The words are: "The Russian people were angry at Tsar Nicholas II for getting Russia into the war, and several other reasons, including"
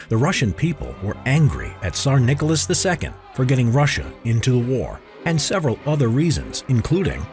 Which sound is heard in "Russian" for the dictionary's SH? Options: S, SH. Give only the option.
SH